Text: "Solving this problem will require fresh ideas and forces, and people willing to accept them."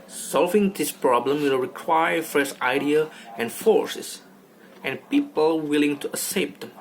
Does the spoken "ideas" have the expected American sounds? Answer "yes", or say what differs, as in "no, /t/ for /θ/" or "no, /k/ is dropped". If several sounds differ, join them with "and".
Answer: no, /z/ is dropped